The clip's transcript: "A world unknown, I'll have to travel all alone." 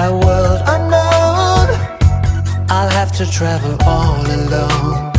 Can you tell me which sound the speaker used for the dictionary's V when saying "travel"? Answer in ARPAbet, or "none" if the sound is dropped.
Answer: V